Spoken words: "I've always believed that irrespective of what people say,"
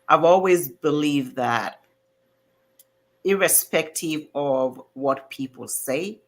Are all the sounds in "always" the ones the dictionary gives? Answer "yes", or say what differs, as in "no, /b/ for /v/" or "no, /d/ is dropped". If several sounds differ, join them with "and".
yes